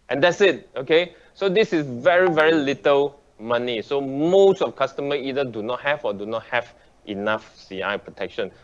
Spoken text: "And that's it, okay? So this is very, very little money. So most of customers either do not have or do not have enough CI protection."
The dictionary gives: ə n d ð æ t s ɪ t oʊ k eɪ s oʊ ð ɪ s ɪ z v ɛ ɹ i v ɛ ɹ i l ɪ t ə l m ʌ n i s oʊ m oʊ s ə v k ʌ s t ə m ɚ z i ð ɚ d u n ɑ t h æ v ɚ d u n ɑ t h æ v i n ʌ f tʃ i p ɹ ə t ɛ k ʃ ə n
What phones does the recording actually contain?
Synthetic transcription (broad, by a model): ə n d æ t s ɪ t oʊ k eɪ s oʊ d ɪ s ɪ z v ɛ ɹ i v ɛ ɹ i l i t ə l m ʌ n i s oʊ m oʊ s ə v k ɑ s t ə m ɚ i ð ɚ d u n ɑ t h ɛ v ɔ d u n ɑ t h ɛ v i n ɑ f s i p ɹ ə t ɛ k ʃ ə n